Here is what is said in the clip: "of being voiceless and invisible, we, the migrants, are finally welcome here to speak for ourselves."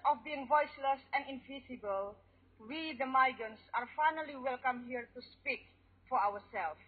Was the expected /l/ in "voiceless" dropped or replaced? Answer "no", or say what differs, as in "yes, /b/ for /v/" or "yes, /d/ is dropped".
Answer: no